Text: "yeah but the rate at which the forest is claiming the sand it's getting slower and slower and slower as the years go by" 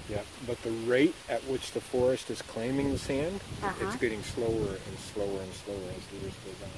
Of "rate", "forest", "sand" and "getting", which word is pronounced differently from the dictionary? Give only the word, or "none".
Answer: none